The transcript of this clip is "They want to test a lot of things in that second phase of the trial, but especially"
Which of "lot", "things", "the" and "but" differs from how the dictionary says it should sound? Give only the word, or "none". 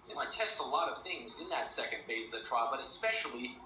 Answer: none